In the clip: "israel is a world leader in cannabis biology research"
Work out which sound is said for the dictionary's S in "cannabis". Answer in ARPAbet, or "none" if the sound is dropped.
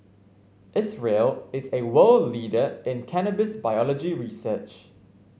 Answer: S